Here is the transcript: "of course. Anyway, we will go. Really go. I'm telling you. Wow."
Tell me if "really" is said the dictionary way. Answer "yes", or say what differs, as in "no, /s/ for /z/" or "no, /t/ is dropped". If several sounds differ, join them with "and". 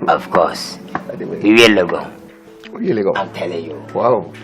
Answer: no, /w/ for /ɹ/